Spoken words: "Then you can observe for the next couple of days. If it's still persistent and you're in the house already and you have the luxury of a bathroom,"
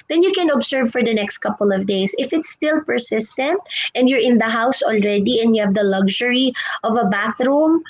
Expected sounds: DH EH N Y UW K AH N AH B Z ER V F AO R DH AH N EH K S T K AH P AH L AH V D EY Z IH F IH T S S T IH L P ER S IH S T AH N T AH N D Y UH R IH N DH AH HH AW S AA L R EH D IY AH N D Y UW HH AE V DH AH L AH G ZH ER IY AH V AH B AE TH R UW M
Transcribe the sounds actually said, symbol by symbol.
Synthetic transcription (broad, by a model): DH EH N Y UW K AH N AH B S ER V F AO R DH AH N EH K S T K AH P AH L AH V D EY S IH F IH T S S T IH L P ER S IH S T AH N T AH N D Y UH R IH N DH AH HH AW S AA L R EH D IY AH N D Y UW HH AE V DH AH L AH G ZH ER IY AH V AH B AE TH R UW M